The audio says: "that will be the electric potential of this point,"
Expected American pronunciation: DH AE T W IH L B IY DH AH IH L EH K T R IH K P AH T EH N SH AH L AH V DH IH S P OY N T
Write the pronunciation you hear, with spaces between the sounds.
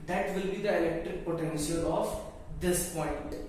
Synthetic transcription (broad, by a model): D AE T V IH L B IY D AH IH L EH K T R IH K P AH T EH N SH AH L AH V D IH S P OY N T